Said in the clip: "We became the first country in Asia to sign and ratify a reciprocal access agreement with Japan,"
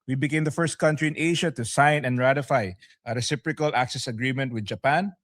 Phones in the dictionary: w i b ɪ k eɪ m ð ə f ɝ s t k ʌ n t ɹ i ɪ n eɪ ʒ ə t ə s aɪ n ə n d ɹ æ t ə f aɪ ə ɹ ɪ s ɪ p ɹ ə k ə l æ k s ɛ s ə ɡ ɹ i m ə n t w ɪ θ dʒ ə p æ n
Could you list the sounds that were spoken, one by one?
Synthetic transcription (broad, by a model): w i b ɪ k eɪ m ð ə f ɝ s t k ʌ n t ɹ i ɪ n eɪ ʃ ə t ə s aɪ n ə n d ɹ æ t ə f aɪ ə ɹ ɪ s ɪ p ɹ ə k ə l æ k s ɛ s ə ɡ ɹ i m ə n t w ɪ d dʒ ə p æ n